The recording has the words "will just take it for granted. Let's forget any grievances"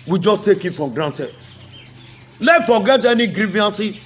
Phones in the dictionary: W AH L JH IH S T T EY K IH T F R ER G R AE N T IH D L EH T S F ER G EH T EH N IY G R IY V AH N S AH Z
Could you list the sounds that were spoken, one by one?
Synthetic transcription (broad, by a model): W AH JH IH S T T EY K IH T F R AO G R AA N T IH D L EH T F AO G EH T EH N IY G R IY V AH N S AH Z